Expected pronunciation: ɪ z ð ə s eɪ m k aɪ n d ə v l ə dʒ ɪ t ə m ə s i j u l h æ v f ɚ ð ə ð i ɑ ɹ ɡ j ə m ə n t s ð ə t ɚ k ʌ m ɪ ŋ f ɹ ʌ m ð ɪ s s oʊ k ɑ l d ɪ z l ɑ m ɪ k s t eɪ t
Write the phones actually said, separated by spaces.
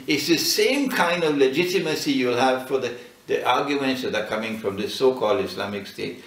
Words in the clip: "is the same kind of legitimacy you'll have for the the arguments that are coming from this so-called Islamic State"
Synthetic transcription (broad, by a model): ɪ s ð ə s eɪ m k aɪ n d ə v l ə dʒ ɪ t ə m ə s i j u l h æ v f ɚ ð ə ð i ɑ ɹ ɡ j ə m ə n t s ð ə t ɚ k ʌ m ɪ ŋ f ɹ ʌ m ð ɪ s s oʊ k ɑ l d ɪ s l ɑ m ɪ k s t eɪ t